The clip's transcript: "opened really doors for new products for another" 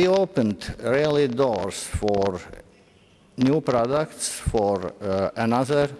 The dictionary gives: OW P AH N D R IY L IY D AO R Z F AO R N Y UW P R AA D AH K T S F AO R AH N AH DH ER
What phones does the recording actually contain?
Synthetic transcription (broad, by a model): OW P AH N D R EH L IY D AO R S F AO R N Y UW P R AA D AH K T S F AO R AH N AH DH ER